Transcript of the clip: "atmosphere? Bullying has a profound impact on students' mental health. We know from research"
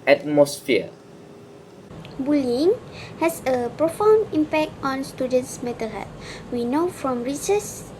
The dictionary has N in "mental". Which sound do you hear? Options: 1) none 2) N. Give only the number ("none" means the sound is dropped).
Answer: 1